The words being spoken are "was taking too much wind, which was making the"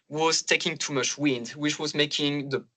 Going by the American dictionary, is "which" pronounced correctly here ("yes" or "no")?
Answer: yes